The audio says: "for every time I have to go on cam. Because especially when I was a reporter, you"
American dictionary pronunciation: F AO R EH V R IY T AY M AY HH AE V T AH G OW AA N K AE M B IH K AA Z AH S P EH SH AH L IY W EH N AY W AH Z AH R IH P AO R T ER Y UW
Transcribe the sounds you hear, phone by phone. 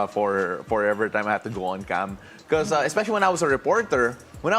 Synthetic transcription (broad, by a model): F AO R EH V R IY T AY M AY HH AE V T AH G OW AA N K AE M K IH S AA AH S P EH SH AH L IY W EH N AY W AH S AH R IH P AO R T ER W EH